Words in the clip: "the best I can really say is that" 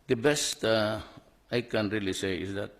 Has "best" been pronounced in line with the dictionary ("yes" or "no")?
yes